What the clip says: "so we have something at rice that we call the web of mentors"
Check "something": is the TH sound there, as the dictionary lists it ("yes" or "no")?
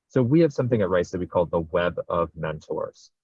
yes